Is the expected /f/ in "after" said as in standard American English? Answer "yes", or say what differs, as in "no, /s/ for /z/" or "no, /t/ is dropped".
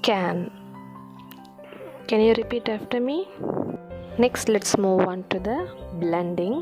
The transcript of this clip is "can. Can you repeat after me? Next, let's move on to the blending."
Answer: yes